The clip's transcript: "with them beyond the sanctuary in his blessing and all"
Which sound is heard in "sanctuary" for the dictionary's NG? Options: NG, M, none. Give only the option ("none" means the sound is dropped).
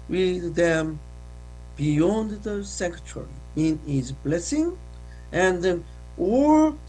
none